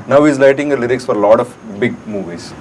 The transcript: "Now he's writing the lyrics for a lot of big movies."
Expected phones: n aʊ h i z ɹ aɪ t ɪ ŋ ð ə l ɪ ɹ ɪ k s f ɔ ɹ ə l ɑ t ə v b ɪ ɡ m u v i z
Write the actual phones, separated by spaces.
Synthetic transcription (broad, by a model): n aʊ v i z l aɪ t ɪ ŋ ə l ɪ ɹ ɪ k s f ɔ ɹ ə l ɑ t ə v b ɪ ɡ m u v i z